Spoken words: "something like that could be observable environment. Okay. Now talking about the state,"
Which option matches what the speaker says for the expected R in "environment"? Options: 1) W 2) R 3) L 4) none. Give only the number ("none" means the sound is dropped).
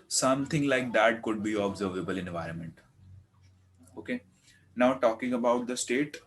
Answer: 2